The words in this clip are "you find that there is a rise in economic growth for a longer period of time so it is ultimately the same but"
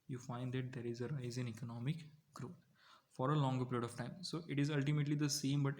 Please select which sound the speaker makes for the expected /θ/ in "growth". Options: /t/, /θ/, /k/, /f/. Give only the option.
/t/